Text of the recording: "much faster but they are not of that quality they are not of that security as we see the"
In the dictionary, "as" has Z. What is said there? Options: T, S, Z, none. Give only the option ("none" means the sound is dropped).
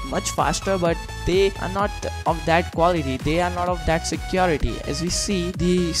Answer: Z